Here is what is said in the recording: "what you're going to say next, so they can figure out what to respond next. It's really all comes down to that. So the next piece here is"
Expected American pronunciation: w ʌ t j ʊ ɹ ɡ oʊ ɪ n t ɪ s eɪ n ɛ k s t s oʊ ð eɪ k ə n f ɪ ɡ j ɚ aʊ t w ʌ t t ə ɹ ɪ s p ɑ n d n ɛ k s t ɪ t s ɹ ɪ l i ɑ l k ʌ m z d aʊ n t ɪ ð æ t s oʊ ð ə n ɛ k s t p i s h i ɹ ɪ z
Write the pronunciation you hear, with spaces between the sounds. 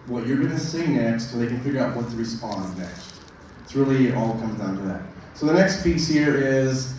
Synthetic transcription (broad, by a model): w ʌ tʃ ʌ ɹ ɡ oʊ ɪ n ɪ s eɪ n ɛ k s t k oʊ ð eɪ k ə n f ɪ ɡ j ɚ aʊ t w ʌ t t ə ɹ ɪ s p ɑ n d n ɛ k s t ɪ t s ɹ ɪ l i ɑ l k ʌ m z d aʊ n t ɪ ð æ t s oʊ ð ə n ɛ k s t p i s h i ɹ ɪ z